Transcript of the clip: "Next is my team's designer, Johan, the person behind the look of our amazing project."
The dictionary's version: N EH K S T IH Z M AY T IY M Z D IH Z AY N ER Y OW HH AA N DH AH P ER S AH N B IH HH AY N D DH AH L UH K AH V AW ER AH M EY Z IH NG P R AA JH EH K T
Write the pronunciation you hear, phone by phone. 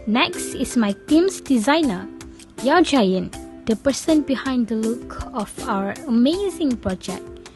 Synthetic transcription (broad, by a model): N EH K S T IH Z M AY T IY M S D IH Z AY N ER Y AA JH AA N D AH P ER S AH N B IH HH AY N D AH L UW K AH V AW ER AH M EY Z IH NG P R AA JH EH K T